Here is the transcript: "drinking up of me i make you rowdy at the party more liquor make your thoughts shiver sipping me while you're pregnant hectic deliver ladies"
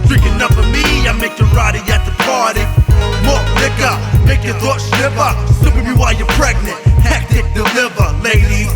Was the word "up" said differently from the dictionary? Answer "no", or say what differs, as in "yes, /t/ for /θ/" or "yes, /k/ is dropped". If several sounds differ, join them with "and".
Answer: yes, /f/ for /p/